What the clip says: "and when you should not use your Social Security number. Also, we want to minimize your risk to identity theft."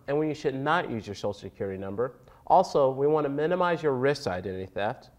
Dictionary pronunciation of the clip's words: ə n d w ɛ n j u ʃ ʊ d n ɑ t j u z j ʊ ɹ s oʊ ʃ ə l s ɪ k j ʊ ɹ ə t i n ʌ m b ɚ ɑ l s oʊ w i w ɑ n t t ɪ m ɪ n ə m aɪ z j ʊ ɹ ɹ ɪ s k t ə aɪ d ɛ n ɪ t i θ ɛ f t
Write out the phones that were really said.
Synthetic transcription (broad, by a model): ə n w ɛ n j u ʃ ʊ d n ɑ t j u z j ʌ ɹ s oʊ ə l s ɪ k j ʊ ɹ ə t i n ʌ m b ɚ ɑ l s oʊ w i w ɑ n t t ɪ m ɪ n ə m aɪ z j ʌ ɹ ɹ ɪ s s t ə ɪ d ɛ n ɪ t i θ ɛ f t